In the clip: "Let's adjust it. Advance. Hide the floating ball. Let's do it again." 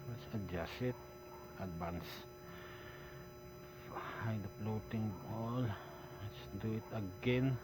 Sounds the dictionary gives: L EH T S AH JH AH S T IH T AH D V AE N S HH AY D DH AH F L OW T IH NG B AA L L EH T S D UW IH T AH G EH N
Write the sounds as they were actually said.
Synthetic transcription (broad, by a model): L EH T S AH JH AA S IH T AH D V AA N S HH AY D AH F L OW T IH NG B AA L L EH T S D UW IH T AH G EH N